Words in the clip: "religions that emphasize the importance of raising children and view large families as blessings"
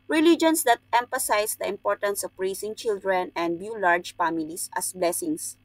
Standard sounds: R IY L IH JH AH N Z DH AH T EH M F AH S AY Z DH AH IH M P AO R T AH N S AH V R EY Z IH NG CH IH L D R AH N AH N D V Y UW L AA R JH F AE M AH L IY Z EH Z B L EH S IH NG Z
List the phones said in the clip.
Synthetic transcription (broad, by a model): R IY L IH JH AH N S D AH T EH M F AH S AY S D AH IH M P AO R T AH N S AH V R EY S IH NG CH IH L D R AH N AH N D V Y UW L AA R JH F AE M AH L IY S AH S B L EH S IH NG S